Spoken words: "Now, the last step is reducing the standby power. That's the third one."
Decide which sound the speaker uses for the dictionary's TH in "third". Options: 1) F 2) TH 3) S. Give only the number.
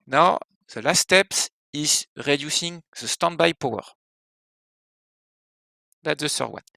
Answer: 3